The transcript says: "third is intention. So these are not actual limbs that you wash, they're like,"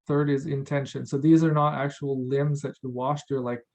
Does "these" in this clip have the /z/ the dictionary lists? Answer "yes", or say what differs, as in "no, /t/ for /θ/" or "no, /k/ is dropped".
yes